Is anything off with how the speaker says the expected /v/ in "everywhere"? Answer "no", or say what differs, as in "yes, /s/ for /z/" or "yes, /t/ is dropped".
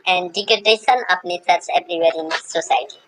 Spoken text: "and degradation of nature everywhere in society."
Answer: yes, /b/ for /v/